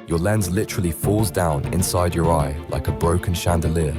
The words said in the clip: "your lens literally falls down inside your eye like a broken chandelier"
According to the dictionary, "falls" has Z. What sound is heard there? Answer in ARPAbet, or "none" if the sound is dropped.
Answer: Z